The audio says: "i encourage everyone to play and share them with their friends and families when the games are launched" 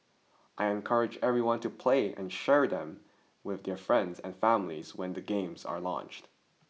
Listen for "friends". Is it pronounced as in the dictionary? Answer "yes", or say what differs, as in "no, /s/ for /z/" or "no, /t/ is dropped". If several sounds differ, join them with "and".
yes